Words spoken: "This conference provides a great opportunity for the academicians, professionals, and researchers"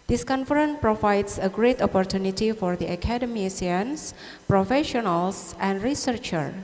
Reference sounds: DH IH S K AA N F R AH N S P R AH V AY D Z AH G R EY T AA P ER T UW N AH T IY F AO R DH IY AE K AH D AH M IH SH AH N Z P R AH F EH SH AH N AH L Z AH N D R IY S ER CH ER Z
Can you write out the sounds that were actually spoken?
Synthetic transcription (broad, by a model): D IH S K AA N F R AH N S P R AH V AY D S AH G R EY T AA P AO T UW N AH T IY F AO R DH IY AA K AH D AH M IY S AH N S P R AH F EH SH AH N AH L S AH N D R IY S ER CH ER